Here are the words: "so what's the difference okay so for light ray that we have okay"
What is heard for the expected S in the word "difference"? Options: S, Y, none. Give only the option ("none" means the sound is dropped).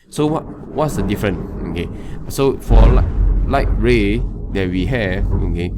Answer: none